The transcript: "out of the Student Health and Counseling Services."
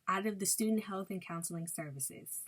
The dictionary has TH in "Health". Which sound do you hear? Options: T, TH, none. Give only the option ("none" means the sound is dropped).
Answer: TH